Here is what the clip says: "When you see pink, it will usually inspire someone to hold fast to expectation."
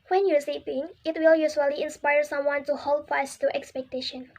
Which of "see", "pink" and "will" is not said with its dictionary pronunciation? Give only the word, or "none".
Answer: pink